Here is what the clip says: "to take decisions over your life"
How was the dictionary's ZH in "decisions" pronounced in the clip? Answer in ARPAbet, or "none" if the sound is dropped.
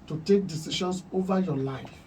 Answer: SH